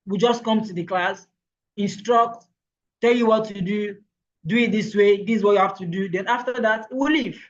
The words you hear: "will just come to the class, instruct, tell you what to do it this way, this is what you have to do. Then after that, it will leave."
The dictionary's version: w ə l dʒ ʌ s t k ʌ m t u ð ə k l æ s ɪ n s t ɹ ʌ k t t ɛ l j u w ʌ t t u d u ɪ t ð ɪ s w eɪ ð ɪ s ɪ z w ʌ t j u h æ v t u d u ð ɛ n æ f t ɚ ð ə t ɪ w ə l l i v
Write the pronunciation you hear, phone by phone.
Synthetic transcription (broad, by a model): w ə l dʒ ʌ s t k ʌ m t u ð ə k l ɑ s ɪ n s t ɹ ʌ k t t ɛ l j u w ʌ t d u d u ɪ t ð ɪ s w eɪ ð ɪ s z w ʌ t j u h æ f t u d u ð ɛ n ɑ f t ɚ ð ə t ɪ w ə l l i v